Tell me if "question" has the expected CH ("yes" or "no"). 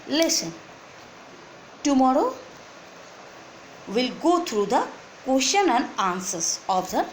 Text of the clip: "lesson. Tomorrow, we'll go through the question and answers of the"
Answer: no